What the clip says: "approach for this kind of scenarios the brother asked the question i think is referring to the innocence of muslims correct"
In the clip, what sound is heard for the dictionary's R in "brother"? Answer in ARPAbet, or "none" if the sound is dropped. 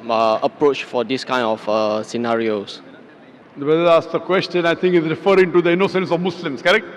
none